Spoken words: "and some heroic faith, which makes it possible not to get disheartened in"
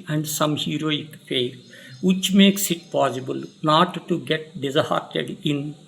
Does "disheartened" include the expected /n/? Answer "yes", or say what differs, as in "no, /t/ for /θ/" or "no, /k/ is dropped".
no, /n/ is dropped